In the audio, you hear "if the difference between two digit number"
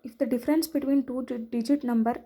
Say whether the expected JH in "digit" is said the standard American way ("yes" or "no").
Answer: yes